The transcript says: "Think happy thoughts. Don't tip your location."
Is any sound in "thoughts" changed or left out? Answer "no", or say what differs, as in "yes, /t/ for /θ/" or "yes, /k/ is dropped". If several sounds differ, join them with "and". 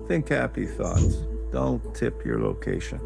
no